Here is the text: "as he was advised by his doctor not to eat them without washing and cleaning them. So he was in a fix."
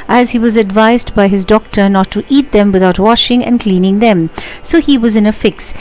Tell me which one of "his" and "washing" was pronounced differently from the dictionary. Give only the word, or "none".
none